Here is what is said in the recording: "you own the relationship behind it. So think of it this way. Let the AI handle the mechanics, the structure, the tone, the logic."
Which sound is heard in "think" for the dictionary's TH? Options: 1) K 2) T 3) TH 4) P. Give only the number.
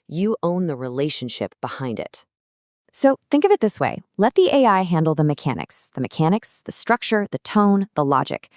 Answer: 3